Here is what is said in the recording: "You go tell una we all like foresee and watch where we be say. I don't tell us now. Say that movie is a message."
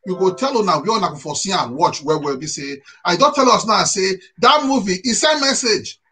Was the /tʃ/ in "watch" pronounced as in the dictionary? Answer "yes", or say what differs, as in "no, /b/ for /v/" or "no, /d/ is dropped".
yes